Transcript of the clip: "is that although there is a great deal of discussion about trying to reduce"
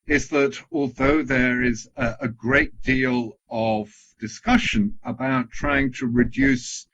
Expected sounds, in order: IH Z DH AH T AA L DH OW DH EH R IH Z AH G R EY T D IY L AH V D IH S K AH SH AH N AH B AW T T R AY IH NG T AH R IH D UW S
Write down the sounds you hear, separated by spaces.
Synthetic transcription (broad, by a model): IH Z DH AH T AA L DH OW DH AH R IH Z AH G R EY T D IY L AH V D IH S K AH SH AH N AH B AW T T R AY IH NG T AH R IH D UW S